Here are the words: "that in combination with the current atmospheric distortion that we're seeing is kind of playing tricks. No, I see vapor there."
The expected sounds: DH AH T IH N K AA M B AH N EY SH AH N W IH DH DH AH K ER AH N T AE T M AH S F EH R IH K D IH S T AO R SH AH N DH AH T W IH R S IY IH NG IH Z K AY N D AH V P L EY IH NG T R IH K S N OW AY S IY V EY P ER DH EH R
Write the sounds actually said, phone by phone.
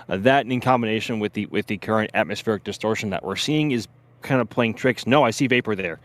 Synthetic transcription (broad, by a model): DH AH T IH N K AA M B AH N EY SH AH N W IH DH DH AH K ER AH N T AE T M AH S F EH R IH K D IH S T AO R SH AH N DH AH T W IH R S IY IH NG IH Z K AY N D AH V P L EY IH NG T R IH K S N OW AY S IY V EY P ER DH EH R